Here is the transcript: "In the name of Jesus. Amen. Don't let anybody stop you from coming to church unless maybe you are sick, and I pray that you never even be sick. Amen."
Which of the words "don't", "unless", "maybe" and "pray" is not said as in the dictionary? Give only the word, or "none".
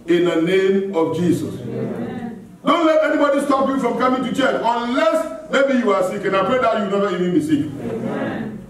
none